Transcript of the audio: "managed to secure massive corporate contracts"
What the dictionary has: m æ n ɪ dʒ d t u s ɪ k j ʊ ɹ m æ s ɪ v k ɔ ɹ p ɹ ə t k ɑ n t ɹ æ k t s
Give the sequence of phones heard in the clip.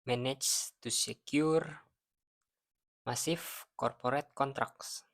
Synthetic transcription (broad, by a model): m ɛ n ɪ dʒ t u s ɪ k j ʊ ɹ m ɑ s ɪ f k ɔ ɹ p ɹ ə t k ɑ n t ɹ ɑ k s